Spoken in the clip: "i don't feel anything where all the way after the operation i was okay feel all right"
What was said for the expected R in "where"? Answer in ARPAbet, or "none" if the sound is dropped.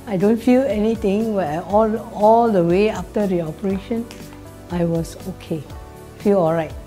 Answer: L